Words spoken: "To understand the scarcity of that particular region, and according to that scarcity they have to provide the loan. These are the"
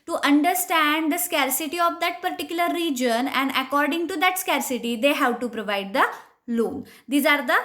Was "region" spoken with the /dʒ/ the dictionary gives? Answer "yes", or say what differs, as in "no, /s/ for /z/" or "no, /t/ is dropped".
yes